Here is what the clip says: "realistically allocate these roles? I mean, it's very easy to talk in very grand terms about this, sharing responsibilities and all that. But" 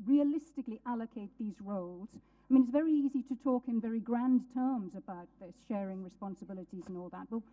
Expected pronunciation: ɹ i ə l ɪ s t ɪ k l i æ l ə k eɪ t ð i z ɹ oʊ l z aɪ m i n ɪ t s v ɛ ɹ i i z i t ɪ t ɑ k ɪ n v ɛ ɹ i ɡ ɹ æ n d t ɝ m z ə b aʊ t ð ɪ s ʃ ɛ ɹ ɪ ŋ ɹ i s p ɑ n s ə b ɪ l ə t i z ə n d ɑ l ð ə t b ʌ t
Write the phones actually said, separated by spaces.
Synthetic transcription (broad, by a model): ɹ i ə l ɪ s t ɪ k l i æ l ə k eɪ t ð i z ɹ oʊ l z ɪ m i n ɪ t s v ɛ ɹ i i z i t ɪ t ɑ k ɪ n v ɛ ɹ i ɡ ɹ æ n t ɝ m z ə b aʊ t ð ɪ ʃ ɛ ɹ ɪ ŋ ɹ i s p ɑ n s ə b ɪ l ə t i z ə n ɑ l ð ə t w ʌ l